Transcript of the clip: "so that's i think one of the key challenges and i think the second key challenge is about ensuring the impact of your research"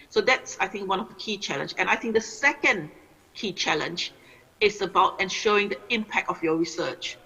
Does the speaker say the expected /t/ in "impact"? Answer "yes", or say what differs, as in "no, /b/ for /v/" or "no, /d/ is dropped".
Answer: yes